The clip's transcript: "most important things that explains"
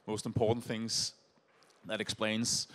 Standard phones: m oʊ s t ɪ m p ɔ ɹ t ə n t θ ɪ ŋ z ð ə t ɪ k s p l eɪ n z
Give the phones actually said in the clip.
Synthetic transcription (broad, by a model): m oʊ s t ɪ m p ɔ ɹ t n θ ɪ ŋ z ð ə t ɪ k s p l eɪ n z